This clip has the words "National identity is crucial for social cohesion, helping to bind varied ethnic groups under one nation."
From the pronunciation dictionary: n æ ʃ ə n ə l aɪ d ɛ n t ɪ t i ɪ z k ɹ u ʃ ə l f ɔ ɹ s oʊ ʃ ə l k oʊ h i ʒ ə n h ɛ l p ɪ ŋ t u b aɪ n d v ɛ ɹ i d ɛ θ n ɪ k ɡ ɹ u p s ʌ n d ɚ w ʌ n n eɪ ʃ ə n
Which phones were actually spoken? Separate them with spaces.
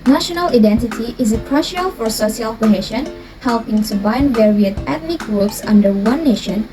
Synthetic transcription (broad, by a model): n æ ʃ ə n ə l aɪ d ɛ n t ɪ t i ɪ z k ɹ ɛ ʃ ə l f ɔ ɹ s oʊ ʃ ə l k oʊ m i ʃ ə n h ɛ l p ɪ ŋ t u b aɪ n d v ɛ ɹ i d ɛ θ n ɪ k ɡ ɹ u p s ʌ n d ɚ w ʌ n n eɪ ʃ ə n